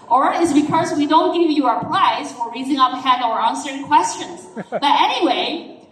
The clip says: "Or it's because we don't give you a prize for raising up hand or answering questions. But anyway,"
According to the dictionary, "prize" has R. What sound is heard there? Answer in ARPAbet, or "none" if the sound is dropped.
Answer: L